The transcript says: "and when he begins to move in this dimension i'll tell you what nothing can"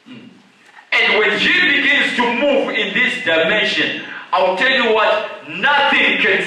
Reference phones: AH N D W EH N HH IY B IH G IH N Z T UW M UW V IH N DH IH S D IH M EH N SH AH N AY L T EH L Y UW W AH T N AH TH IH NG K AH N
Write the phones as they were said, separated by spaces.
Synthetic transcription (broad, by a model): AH N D W EH N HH IY B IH G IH N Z T UW M UW V IH N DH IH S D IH M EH N SH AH N AY W T EH L Y UW W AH T N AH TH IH NG K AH N